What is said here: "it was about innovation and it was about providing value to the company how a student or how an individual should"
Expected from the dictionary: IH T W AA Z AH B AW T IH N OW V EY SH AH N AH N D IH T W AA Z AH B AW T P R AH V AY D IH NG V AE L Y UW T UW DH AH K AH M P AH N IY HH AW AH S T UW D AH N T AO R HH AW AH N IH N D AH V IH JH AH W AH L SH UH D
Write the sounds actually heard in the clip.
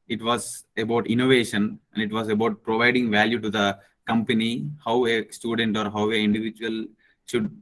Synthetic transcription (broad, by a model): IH T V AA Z AH B AW T IH N OW V EY SH AH N AH N D IH T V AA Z AH B AW T P R AH V AY D IH NG V AE L Y UW T UW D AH K AH M P AH N IY HH AW AH S T UW D AH N T AO R HH AW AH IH N D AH V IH JH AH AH L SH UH D